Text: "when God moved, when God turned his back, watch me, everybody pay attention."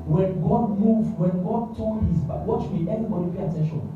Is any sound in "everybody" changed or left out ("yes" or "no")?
yes